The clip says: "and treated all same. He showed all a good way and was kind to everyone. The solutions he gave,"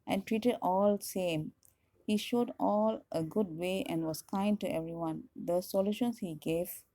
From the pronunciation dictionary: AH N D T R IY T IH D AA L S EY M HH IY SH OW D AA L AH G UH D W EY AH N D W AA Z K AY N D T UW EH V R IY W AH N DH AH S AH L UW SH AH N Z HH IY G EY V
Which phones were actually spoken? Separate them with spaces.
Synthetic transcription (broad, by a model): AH N T R IY T IH D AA L S EY M HH IY SH OW D AA L AH G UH D W EY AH N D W AA S K AY N D T UW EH V R IY W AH N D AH S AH L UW SH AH N S HH IY G EY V